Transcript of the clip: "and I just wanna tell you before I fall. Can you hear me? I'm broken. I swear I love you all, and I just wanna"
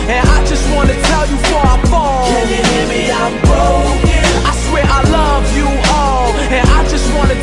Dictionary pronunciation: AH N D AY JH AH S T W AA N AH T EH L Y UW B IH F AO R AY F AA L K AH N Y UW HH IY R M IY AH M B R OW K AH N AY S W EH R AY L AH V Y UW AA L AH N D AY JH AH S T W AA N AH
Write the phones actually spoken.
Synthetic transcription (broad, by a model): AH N AY JH AH S T W AA N AH T EH L Y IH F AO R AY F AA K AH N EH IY M IY AH M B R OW AH IH S W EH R AY L AH V Y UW AA L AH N AY JH AH S T W AA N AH